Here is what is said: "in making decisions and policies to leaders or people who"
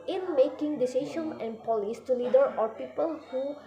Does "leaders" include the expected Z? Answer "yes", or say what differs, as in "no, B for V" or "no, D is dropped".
no, Z is dropped